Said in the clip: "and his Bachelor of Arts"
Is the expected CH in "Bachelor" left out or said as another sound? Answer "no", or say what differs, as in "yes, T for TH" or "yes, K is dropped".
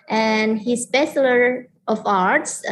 yes, S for CH